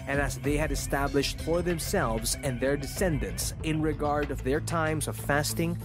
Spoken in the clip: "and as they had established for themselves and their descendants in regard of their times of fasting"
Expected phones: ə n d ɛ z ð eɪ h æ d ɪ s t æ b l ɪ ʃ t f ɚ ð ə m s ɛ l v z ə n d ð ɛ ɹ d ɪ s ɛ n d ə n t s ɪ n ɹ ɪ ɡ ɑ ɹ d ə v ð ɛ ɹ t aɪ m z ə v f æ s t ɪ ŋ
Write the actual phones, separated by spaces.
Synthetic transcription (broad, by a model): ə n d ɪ z ð eɪ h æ d ɪ s t æ b l ɪ ʃ t f ɚ ð ə m s ɛ l v z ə n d ð ɛ ɹ d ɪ s ɛ n d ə n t s ɪ n ɹ ɪ ɡ ɑ ɹ d ə v ð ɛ ɹ t aɪ m z ə v f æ s t ɪ ŋ